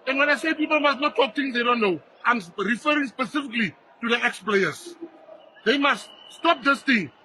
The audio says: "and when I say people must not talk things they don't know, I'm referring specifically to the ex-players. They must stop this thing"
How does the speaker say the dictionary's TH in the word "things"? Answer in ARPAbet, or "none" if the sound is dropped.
T